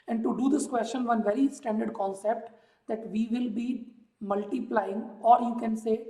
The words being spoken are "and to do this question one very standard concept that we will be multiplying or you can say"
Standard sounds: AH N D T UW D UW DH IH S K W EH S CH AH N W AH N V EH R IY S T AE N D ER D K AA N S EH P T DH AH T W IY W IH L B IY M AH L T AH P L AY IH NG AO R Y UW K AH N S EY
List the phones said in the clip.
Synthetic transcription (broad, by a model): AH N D T UW D UW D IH S K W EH S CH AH N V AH N V EH R IY S T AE N D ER D K AA N S EH P T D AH T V IY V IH L B IY M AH L T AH P L AY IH NG AO R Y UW K AH N S EY